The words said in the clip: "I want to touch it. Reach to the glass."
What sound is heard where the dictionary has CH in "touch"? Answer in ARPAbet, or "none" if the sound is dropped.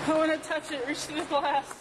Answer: CH